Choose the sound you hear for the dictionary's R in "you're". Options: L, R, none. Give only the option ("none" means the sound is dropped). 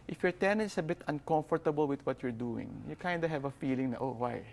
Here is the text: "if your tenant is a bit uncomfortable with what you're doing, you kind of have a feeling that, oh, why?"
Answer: R